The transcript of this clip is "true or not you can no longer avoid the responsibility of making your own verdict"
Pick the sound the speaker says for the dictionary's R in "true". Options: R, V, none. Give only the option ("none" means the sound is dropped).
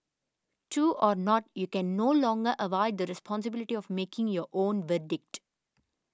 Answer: none